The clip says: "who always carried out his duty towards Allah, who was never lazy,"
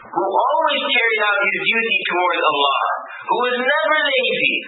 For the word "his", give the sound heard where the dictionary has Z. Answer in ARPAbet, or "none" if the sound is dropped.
Z